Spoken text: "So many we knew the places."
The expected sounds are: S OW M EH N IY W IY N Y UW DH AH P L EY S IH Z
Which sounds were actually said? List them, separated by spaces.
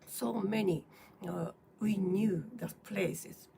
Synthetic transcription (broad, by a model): S OW M EH N IY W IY N Y UW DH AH P L EY S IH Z